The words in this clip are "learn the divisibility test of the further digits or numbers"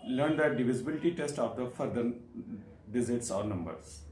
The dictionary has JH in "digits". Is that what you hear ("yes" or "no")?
no